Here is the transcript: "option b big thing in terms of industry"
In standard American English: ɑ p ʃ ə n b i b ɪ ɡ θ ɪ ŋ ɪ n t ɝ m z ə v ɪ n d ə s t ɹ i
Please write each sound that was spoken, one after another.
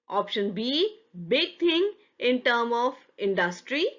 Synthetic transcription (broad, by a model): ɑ p ʃ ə n b i b ɪ ɡ t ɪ ŋ ɪ n t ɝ m ə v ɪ n d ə s t ɹ i